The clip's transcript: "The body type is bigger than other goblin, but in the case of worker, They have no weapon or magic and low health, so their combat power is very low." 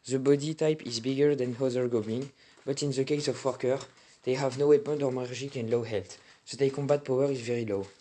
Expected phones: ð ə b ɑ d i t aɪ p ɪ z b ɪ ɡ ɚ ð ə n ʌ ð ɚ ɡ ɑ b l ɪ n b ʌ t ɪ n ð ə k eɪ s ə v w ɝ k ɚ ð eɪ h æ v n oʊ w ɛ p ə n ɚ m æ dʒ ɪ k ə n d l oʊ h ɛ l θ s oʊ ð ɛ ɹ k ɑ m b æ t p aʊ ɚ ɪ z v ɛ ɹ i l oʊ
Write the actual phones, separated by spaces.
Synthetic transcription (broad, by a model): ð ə b ɑ d i t aɪ p ɪ z b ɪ ɡ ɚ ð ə n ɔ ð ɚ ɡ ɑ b ɪ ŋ b ʌ t ɪ n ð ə k eɪ s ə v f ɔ k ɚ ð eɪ h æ v n oʊ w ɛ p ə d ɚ m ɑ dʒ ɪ k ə n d l oʊ h ɛ l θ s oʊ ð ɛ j k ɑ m b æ t p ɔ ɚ ɪ z v ɛ ɹ i l oʊ